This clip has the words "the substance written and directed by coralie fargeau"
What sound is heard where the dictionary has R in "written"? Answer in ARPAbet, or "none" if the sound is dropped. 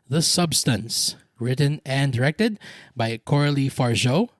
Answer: R